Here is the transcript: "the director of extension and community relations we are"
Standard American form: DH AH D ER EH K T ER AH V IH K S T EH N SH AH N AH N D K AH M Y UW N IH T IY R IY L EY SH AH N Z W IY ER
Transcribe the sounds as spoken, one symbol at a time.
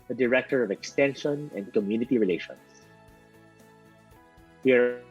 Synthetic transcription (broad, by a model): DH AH D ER EH K T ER AH V IH K S T EH N SH AH N AH N D K AH M Y UW N IH T IY R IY L EY SH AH N S W IY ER